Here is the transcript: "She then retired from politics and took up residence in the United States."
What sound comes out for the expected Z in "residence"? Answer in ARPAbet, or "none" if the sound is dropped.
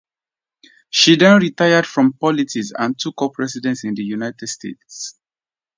S